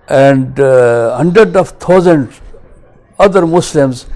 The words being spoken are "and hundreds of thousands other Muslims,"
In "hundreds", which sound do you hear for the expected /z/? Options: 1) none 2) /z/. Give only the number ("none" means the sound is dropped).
1